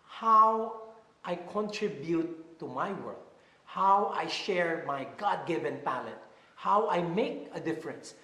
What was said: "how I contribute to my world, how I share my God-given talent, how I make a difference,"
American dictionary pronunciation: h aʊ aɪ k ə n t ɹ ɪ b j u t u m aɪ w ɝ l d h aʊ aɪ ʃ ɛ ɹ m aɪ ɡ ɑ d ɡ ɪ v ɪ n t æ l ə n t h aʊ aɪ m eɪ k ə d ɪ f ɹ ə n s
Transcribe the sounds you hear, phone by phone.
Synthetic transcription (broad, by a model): h aʊ aɪ k ə n t ɹ ɪ b j u t u m aɪ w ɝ d h aʊ aɪ ʃ ɛ ɹ m aɪ ɡ ɑ d ɡ ɪ v ɪ n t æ l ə t h aʊ aɪ m eɪ k ə d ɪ f ɹ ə n s